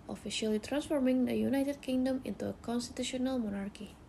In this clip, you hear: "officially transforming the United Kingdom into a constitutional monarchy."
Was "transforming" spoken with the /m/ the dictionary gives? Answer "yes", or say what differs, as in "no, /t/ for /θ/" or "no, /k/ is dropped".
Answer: yes